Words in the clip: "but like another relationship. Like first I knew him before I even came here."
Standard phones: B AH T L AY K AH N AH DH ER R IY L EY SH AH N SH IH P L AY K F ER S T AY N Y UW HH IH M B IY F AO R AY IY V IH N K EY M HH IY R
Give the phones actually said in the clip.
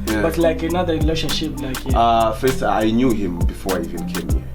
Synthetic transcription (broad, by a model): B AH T L AY K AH N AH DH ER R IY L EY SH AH SH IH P L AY K F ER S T AY N Y UW HH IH M B IY F AO R AY IY V IH N K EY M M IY